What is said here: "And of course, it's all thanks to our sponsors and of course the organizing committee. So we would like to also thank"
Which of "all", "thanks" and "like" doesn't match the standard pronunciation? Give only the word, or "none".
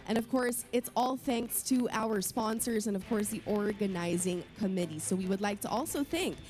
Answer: none